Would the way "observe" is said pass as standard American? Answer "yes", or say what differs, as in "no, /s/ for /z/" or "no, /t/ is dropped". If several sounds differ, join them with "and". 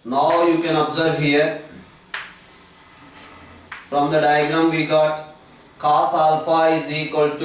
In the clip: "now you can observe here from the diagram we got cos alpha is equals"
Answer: yes